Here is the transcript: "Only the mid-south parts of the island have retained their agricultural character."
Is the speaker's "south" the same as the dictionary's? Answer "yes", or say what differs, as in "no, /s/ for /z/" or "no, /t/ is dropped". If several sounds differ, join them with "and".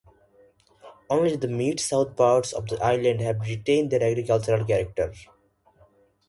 no, /t/ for /θ/